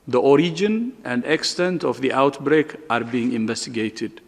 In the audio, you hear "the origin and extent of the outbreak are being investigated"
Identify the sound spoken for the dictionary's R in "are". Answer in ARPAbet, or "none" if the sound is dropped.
R